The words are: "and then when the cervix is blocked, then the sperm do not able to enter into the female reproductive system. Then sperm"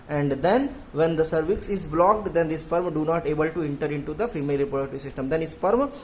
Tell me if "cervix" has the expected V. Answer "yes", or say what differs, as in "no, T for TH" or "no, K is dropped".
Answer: yes